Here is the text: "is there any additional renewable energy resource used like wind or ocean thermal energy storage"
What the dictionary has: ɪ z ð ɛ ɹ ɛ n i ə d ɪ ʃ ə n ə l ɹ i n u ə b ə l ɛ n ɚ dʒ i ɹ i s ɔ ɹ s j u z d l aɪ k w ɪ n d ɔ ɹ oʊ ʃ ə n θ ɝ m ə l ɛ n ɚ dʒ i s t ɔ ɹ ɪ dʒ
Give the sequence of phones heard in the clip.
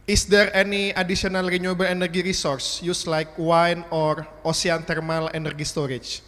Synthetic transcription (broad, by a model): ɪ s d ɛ ɹ ɛ n i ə d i s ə n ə l ɹ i n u b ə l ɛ n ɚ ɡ i ɹ i s ɔ ɹ s j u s l aɪ k w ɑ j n ɔ ɹ oʊ s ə n t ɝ m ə l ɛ n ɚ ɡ i s t ɔ ɹ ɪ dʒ